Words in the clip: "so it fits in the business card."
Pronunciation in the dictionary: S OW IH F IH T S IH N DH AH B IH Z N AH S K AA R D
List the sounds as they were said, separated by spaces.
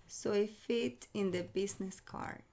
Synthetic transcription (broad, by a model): S OW IH F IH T IH N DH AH B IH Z N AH S K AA R